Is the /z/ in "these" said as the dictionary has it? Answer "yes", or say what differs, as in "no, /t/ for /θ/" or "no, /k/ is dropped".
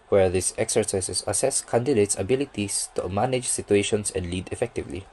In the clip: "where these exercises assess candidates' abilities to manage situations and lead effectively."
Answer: no, /s/ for /z/